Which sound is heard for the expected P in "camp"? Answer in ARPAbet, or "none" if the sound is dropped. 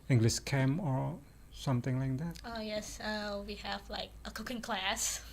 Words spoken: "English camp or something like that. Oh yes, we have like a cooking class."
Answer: none